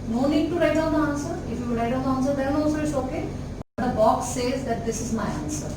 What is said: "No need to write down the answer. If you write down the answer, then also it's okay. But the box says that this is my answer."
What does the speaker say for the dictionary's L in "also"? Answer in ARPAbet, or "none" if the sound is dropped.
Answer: none